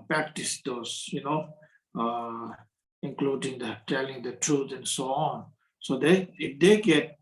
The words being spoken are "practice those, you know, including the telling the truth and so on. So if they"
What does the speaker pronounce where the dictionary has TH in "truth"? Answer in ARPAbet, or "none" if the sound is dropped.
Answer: T